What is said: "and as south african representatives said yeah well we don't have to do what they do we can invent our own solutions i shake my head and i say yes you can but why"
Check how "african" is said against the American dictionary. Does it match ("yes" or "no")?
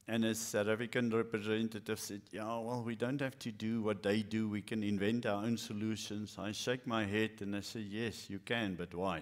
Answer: no